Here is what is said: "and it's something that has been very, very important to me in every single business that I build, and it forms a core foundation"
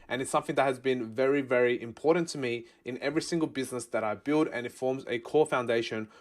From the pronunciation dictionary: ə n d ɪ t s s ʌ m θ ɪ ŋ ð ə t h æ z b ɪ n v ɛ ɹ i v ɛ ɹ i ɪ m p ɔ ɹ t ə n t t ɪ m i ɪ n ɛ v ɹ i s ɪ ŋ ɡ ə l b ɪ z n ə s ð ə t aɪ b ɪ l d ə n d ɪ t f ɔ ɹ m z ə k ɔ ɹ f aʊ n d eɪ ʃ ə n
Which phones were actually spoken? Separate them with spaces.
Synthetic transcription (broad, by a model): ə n ɪ t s s ʌ m θ ɪ ŋ ð ə t h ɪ z b ɪ n v ɛ ɹ i v ɛ ɹ i ɪ m p ɔ ɹ t n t t ɪ m i ɪ n ɛ v ɹ i s ɪ ŋ ɡ ə l b ɪ z n ə s ð ə t aɪ b ɪ l d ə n ɪ t f ɔ ɹ m z ə k ɔ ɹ f aʊ n d eɪ ʃ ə n